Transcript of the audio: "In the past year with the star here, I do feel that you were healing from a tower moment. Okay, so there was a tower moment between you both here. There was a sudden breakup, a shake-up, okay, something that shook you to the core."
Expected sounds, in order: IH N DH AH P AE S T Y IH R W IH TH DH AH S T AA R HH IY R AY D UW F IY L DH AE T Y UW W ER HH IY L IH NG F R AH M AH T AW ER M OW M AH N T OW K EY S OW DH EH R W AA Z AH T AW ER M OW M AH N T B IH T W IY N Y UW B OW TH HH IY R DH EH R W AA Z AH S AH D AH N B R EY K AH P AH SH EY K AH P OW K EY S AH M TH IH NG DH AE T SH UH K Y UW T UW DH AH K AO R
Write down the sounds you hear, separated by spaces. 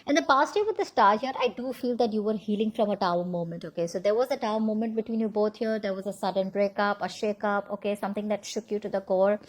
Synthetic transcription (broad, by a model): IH N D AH P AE S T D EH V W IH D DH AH S T AA R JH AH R AY D UW F IY L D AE T Y UW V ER HH IY L IH NG F R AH M AH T AW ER M OW M AH N T OW K EY S OW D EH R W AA Z AH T AW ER M OW M AH N T B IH T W IY N Y UW B OW T HH IY R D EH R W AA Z AH S AH D AH N B R EY K AH P AH SH EY K AH P OW K EY S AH M T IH NG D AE T SH UH K Y UW T UW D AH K AO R